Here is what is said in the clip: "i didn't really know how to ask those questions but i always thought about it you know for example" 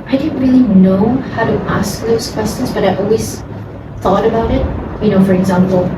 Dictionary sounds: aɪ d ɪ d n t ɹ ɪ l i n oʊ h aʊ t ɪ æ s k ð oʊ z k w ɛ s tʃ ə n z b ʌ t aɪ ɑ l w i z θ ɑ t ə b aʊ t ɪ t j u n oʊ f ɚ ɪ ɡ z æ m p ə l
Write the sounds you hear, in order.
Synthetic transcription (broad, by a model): aɪ d ɪ d n t ɹ ɪ l i n oʊ h aʊ t ɪ æ s k ð oʊ z k w ɛ s tʃ ə n z b ʌ t aɪ ɑ l w i z θ ɑ t ə b aʊ t ɪ t j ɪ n oʊ f ɚ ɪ ɡ z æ m p l